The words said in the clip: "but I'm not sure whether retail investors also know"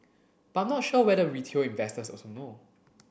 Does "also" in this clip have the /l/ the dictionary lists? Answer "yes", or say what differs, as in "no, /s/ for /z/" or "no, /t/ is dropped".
no, /l/ is dropped